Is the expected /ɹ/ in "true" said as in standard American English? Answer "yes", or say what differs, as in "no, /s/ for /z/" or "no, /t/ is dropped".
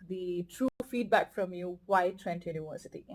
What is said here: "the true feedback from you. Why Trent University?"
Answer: yes